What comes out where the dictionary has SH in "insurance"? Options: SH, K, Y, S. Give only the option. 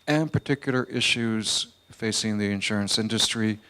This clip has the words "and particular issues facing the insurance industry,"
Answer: SH